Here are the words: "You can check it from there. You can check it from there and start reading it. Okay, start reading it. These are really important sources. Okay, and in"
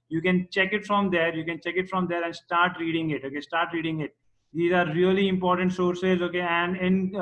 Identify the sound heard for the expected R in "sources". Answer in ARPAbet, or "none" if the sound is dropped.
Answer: R